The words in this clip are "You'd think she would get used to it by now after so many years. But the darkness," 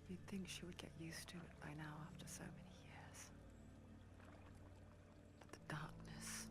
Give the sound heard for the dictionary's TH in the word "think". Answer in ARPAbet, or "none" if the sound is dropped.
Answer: TH